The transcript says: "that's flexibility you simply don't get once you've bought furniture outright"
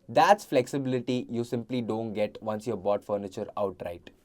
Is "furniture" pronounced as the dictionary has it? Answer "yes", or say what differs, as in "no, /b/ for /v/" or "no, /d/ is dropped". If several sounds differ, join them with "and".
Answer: yes